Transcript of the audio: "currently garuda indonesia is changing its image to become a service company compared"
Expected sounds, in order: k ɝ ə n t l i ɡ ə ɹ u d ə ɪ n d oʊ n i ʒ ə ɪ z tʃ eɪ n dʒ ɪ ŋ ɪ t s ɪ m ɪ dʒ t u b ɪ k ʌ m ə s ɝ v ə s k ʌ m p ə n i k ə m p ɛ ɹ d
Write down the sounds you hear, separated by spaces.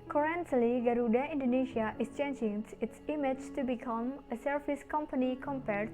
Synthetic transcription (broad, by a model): k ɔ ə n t l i ɡ ə ɹ u d ə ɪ n d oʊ n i ʃ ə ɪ s tʃ eɪ n dʒ ɪ ŋ ɪ t s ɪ m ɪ tʃ t u b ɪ k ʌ m ə s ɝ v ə s k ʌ m p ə n i k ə m p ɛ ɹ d